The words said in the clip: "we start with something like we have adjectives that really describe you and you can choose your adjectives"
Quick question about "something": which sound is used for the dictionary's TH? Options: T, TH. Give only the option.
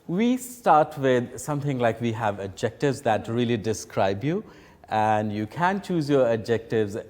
T